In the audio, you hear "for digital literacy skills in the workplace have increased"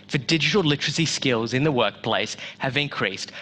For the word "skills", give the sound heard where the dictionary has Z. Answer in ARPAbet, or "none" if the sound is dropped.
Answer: Z